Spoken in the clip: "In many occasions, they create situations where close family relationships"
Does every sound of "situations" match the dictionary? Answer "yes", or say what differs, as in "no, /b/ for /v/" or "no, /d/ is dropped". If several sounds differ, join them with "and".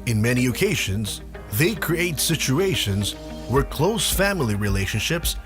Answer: yes